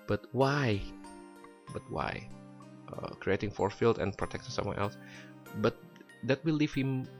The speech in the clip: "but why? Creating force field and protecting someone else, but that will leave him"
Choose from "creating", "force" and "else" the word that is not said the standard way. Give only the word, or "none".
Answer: force